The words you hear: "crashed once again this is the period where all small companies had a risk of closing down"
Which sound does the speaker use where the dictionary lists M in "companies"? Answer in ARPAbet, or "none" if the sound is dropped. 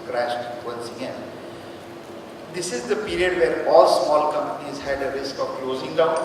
M